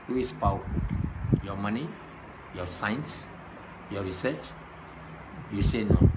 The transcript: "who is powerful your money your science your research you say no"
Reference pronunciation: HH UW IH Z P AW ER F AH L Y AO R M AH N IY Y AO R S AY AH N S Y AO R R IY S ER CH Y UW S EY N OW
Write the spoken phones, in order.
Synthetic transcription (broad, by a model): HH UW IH S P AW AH W Y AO M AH N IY Y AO S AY N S Y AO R R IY S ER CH Y UW S EY N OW